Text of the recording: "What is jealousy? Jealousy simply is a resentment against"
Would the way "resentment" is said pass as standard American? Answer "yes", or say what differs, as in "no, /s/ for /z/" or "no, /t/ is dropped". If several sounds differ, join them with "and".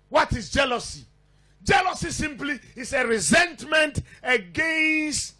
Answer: yes